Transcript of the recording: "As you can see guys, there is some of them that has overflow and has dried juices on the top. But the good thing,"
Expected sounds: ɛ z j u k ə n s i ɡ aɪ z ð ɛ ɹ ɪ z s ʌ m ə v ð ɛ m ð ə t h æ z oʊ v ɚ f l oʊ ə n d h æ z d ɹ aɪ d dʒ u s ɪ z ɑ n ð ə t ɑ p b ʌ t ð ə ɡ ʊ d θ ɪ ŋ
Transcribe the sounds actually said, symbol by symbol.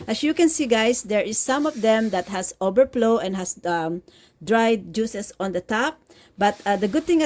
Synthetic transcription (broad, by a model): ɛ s j u k ə n s i ɡ aɪ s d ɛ ɹ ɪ s ʌ m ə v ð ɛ m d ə t h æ s oʊ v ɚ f l oʊ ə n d h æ s d ɹ aɪ d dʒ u s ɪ s ɑ n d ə t ɑ p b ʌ t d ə ɡ ʊ d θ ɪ ŋ